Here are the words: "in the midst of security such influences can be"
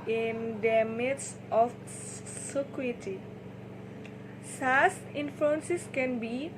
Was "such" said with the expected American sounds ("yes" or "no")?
no